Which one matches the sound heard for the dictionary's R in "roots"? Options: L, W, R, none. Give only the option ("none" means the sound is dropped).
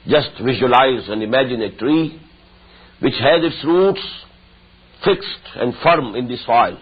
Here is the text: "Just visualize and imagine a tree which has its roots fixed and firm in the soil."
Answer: R